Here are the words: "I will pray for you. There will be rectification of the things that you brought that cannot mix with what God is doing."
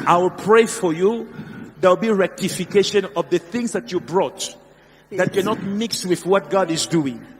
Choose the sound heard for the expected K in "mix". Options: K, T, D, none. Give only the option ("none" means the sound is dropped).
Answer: K